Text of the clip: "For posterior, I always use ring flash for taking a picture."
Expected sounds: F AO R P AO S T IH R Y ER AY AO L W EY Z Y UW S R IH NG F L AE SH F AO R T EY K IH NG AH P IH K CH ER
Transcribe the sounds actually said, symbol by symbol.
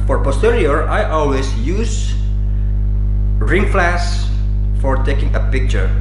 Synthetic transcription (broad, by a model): F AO R P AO S T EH R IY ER AY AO L W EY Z Y UW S R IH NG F L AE S F AO R T EY K IH NG AH P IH K CH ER